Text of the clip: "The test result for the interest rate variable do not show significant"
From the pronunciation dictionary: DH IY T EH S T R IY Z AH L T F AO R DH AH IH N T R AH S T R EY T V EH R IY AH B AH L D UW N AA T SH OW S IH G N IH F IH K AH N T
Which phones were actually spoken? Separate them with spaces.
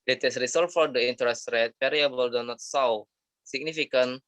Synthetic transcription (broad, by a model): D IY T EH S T R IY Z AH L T F AO R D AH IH N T R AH S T R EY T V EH R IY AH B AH L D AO N AA T S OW S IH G N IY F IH K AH N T